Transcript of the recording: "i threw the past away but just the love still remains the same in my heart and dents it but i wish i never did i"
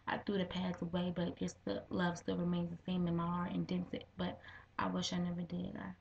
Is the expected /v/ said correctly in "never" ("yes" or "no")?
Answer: yes